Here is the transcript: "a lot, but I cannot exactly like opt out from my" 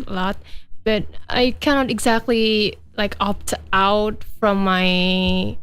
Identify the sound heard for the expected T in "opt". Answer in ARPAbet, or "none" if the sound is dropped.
T